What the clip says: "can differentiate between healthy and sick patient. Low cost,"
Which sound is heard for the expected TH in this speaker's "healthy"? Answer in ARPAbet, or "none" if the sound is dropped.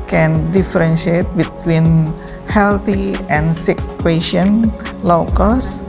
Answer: T